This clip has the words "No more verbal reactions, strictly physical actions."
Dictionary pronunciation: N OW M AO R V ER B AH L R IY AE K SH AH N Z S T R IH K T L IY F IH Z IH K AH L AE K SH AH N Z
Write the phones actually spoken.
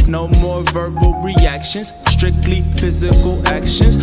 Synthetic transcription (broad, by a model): N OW M AO R V ER B AH L R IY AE K SH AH N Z S T R IH K T L IY F IH Z IH K AH L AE K SH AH N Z